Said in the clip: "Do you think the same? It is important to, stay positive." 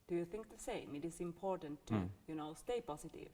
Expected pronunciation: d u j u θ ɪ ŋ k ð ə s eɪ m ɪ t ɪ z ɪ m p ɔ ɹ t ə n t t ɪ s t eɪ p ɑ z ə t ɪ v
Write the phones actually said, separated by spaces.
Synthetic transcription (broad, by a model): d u j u θ ɪ ŋ k ð ə s eɪ m ɪ t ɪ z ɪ m p ɔ ɹ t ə n t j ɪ s t eɪ p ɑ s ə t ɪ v